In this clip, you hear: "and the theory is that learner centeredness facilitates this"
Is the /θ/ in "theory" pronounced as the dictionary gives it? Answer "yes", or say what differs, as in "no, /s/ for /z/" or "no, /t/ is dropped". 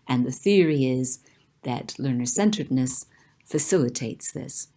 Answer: yes